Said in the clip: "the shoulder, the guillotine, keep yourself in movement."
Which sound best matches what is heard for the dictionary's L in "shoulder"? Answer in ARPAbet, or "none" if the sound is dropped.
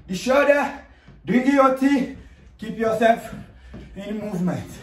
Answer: none